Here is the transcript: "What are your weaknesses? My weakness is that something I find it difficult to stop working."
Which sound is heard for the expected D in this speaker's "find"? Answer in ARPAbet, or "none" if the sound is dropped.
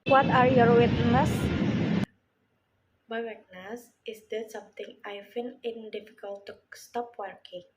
none